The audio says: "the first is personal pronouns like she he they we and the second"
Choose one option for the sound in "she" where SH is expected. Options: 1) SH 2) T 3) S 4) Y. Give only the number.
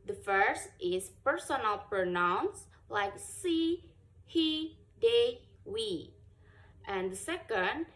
3